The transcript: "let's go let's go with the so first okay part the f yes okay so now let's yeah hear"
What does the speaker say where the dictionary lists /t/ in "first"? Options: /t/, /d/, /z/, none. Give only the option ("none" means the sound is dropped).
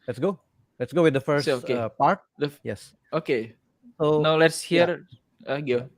none